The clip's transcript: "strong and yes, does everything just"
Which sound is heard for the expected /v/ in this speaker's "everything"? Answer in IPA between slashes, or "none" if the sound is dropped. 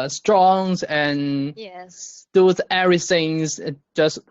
none